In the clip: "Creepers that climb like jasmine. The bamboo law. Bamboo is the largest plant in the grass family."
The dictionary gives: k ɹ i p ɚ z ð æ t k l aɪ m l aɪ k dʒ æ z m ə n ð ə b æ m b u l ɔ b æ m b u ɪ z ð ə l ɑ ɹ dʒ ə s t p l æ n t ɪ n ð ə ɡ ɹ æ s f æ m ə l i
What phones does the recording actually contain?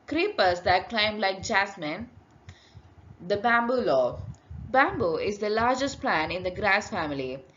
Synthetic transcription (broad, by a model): k ɹ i p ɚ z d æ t k l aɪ m l aɪ k dʒ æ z m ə n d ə b æ m b u l ɔ b æ m b u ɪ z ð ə l ɑ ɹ dʒ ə s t p l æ n ɪ n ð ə ɡ ɹ æ s f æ m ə l i